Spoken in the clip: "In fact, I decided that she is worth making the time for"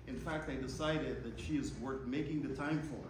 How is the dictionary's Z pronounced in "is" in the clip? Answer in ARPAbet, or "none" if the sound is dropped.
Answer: Z